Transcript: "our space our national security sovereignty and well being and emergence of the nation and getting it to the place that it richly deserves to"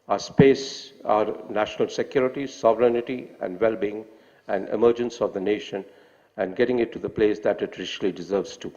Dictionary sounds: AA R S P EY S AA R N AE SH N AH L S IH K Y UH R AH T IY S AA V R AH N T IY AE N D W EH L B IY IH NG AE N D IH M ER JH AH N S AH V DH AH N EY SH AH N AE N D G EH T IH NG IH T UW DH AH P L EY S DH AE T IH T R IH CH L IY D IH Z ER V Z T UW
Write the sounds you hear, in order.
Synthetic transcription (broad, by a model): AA S P EY S AA R N AE SH N AH L S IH K Y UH R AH T IY S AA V R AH N T IY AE N D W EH L B IY IH NG AE N D IH M ER JH AH N S AH V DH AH N EY SH AH N AE N D G EH T IH NG IH T UW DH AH P L EY S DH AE T IH T R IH SH L IY D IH Z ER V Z T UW